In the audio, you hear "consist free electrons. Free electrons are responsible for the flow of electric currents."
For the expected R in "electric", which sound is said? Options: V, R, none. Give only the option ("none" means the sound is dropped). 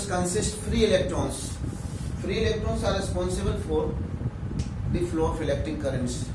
none